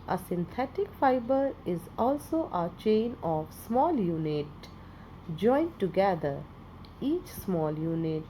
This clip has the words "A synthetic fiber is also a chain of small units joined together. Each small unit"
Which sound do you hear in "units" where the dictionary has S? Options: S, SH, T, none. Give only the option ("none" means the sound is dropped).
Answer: none